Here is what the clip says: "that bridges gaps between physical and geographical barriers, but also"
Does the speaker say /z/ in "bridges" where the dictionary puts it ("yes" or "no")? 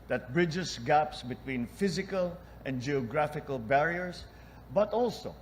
no